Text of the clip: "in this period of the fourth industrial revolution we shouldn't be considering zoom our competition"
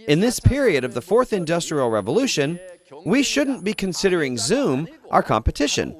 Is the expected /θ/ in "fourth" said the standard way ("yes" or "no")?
yes